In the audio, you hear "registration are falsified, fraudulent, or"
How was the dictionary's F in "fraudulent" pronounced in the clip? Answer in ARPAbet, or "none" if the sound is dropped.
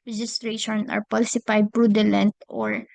P